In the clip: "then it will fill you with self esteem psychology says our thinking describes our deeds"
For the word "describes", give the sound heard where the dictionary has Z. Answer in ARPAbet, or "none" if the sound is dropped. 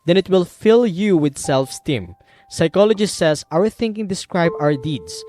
none